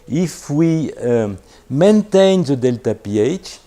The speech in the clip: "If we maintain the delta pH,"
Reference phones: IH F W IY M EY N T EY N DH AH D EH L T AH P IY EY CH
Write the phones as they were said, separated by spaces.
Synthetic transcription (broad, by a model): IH F W IY M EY N T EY N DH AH D EH L T AH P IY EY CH